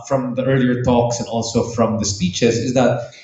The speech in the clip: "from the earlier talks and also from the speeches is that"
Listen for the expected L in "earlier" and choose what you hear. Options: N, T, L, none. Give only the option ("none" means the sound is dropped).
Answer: L